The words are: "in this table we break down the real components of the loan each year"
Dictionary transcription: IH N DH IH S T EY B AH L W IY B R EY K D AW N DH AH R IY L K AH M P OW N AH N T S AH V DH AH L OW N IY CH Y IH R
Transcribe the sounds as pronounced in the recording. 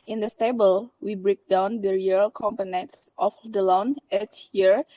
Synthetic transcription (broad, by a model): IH N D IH S T EY B AH L W IY B R EY K D AW N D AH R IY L K AH M P OW N AH N T S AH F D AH L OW N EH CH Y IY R